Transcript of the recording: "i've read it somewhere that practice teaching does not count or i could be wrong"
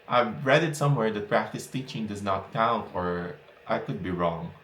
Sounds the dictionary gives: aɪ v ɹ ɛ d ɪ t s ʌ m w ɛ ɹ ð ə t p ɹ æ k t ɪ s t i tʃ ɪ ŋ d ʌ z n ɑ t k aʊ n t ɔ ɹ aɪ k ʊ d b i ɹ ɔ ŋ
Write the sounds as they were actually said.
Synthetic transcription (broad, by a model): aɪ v ɹ ɛ d ɪ t s ʌ m w ɛ ɹ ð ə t p ɹ æ k t ɪ s t i tʃ ɪ ŋ d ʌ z n ɑ t k aʊ n t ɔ ɹ aɪ k ʊ d b i ɹ ɔ ŋ